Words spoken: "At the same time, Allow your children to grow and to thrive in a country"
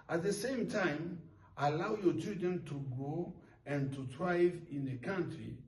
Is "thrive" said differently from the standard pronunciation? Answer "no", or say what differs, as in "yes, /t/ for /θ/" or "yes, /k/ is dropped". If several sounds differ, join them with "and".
yes, /t/ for /θ/